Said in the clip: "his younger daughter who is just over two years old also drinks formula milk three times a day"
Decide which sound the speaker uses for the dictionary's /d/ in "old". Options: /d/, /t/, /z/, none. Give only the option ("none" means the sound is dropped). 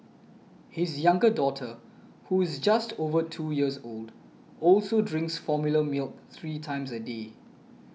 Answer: /d/